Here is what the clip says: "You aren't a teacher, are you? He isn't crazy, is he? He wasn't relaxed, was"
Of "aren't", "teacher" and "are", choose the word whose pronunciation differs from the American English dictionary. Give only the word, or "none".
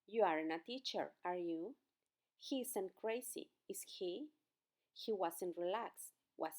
aren't